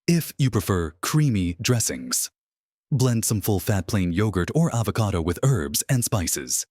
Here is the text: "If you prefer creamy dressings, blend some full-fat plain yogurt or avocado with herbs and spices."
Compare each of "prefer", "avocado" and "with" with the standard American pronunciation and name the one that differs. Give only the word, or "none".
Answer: none